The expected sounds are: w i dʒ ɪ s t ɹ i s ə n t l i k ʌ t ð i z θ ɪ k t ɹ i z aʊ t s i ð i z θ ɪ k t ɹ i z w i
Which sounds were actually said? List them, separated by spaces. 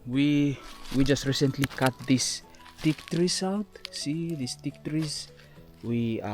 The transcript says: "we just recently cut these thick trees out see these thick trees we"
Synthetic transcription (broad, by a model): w i dʒ ɪ s t ɹ i s ə n t l i k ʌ t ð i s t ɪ k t ɹ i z aʊ t s i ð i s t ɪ k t ɹ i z w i